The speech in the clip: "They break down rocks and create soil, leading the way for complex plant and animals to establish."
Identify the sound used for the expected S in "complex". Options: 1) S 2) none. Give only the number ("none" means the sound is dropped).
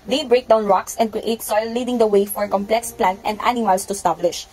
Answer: 1